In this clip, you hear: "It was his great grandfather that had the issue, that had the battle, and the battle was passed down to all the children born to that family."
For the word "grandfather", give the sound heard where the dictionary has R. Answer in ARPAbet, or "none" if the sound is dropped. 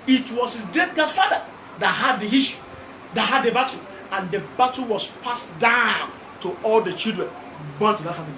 none